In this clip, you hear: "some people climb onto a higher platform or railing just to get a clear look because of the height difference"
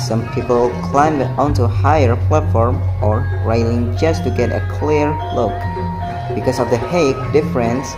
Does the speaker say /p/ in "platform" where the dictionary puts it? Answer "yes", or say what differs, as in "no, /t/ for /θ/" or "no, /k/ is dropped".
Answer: yes